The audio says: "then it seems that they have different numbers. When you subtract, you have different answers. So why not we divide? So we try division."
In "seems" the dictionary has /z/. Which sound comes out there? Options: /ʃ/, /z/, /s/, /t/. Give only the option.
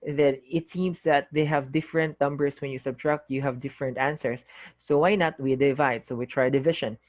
/s/